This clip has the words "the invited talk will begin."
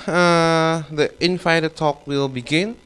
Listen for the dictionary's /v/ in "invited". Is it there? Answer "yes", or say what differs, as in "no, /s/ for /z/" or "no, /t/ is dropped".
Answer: no, /f/ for /v/